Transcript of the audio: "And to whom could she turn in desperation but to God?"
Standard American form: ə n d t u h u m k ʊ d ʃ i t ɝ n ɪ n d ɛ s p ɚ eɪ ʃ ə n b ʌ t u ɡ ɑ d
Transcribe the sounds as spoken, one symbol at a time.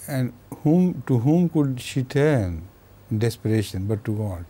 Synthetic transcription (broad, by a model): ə n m t u h u m k ʊ d ʃ i t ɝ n n d ɛ s p ɚ eɪ ʃ ə n b ʌ t u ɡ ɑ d